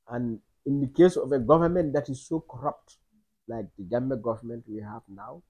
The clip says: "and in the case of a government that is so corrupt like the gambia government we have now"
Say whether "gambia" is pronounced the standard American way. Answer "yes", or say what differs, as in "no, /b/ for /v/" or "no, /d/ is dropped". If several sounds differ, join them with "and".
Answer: no, /b/ is dropped